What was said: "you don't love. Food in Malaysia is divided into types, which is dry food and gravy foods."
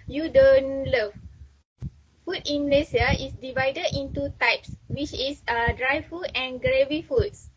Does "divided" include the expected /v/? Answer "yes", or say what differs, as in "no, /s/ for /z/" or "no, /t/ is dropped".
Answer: yes